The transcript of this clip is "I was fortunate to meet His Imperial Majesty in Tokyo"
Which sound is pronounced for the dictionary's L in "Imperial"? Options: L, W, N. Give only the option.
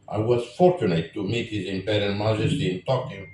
N